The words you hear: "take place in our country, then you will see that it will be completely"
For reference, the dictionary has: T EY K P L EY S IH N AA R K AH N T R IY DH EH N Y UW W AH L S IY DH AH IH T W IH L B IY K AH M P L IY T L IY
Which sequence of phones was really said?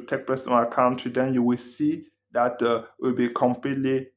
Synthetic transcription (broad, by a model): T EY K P EY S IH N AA K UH N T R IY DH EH N Y UW W AH L S IY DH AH T W IH L B IY K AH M P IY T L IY